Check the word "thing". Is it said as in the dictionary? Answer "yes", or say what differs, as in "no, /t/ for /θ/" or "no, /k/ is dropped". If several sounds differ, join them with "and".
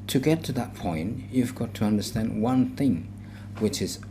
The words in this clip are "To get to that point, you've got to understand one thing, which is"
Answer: yes